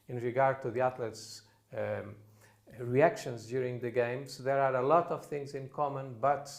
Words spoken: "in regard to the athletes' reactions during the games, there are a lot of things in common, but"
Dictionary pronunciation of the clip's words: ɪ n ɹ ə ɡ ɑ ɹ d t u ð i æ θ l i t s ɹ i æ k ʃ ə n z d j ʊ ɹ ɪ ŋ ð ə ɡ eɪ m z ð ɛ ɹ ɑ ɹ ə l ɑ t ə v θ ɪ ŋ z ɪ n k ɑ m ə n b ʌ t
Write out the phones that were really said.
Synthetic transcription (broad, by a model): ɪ n ɹ ə ɡ ɑ ɹ d t u ð i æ t l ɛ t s ɹ i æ k ʃ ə n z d j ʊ ɹ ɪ ŋ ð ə ɡ eɪ m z ð ɛ ɹ ɑ ɹ ə l ɑ t ə v θ ɪ ŋ z ɪ n k ɑ m ə n b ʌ t